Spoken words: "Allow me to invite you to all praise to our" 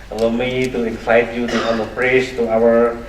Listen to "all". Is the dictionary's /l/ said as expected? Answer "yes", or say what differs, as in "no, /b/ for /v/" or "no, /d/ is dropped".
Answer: no, /n/ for /l/